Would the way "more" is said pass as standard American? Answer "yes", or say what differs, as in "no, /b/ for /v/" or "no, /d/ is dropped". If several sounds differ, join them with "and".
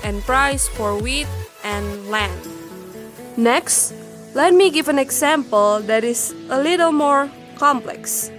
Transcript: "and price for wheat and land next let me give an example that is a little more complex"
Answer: yes